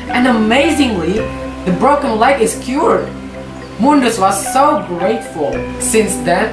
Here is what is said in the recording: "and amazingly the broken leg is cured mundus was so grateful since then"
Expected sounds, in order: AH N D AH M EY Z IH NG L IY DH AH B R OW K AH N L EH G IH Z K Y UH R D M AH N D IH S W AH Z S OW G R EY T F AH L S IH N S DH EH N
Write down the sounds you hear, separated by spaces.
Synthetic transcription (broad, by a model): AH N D AH M EY Z IH NG L IY DH AH B R OW K AH N L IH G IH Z K Y UH R D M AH N D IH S W AH Z S OW G R EY T F AH L S IH N S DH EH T